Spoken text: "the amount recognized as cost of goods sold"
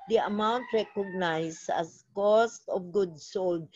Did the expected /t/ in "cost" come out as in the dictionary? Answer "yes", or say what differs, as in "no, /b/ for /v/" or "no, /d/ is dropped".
yes